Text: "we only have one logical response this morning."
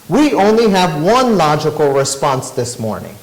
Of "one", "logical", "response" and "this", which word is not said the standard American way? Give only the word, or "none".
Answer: none